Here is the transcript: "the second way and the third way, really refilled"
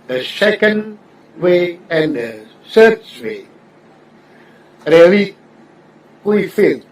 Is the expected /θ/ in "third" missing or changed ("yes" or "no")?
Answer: yes